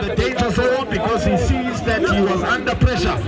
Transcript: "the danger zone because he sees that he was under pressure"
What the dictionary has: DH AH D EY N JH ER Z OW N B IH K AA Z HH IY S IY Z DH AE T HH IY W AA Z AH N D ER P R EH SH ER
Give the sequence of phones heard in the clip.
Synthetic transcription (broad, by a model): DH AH D EY N JH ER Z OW L B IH K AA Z HH IY S IY Z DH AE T HH IY W AA Z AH N D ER P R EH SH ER